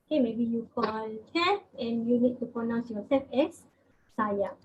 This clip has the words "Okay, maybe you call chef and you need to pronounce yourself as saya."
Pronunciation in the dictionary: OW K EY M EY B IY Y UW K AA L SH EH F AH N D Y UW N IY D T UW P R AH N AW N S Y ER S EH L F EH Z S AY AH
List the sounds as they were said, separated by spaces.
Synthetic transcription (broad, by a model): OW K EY M EY B IY Y UW K AA L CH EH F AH N Y UW N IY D T UW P R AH N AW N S Y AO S EH F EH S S AY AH